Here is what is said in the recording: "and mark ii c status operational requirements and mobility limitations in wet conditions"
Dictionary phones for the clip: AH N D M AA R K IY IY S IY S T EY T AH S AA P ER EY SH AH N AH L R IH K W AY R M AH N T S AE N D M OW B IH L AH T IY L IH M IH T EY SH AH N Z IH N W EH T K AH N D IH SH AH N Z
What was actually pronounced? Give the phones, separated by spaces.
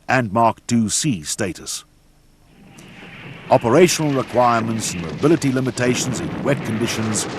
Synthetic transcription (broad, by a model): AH N M AA R K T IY S IY S T EY T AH S AA P ER EY SH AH N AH L R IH K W AY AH M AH N T S N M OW B IH L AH T IY L IH M IH T EY SH AH N Z IH N W EH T K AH N D IH SH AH N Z